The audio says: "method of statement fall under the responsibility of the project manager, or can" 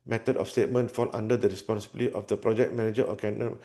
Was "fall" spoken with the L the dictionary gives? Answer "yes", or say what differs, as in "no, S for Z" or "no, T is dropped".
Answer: no, N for L